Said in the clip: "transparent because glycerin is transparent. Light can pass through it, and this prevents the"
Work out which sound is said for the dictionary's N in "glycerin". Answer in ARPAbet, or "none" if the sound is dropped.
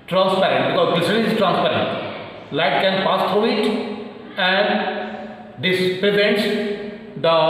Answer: none